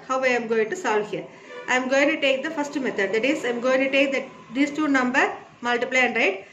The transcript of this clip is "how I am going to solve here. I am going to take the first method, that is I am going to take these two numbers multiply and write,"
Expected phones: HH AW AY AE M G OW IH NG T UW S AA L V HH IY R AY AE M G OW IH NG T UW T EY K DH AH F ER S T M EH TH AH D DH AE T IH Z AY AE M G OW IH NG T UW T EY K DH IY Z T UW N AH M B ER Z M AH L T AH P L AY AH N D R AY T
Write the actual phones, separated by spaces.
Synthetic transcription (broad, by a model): HH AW AY M G OW IH NG T UW S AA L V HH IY R AY M G OW IH NG T UW T EY K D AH F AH S T M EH T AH D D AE T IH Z AY M G OW IH NG T UW T EY K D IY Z T UW N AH M B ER M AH L T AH P L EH AH N D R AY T